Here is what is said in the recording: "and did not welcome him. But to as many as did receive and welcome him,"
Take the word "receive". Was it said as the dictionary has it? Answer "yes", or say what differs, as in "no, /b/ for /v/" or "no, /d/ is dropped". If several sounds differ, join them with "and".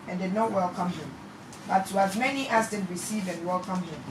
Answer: yes